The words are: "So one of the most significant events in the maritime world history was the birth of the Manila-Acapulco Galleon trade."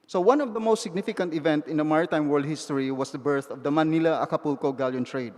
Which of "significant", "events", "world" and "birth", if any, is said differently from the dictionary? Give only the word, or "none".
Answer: events